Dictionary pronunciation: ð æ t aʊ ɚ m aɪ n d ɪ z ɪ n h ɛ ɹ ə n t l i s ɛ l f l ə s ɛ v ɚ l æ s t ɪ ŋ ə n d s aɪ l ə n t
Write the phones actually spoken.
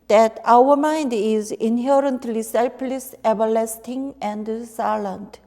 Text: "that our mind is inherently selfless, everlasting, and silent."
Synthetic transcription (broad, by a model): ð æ t aʊ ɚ m aɪ n d ɪ z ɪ n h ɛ ɹ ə n t l i s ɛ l p l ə s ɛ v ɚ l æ s t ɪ ŋ ə n d s aɪ l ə n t